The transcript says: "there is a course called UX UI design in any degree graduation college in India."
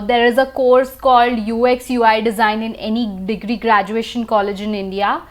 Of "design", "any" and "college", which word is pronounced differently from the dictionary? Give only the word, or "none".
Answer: none